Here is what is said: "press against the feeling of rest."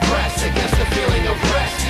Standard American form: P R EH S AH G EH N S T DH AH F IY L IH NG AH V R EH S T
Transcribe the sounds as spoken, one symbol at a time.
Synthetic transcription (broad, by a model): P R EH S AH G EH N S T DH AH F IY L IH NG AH B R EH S